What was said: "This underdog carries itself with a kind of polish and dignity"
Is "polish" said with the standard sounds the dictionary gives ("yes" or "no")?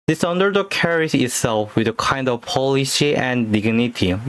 no